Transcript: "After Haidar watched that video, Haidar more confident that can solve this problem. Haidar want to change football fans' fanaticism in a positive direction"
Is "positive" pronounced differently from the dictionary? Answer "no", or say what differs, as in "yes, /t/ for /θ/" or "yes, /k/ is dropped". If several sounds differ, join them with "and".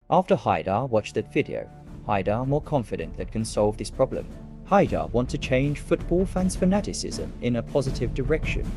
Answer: no